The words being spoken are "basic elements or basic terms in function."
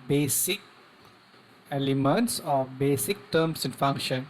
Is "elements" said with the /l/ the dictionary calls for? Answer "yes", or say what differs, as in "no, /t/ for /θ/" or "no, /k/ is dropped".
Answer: yes